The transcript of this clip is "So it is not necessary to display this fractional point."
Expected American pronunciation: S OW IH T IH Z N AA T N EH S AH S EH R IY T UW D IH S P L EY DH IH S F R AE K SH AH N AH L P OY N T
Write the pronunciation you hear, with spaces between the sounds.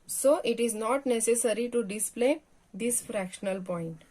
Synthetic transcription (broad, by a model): S OW IH T IH Z N AA T N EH S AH S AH R IY T UW D IH S P L EY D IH S F R AE K SH AH N AH L P OY N T